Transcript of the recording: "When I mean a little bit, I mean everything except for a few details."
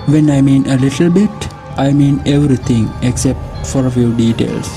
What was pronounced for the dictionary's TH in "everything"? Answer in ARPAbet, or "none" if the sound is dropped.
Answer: T